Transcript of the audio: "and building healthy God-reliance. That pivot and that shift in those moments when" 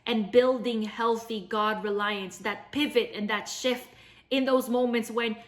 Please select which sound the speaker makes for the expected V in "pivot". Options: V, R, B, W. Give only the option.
V